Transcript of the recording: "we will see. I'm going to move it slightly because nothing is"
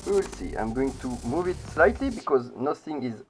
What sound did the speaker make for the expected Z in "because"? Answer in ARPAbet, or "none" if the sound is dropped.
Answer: Z